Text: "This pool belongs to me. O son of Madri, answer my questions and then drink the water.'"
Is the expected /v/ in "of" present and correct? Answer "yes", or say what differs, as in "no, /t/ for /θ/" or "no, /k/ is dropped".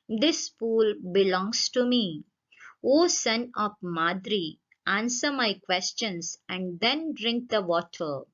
no, /p/ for /v/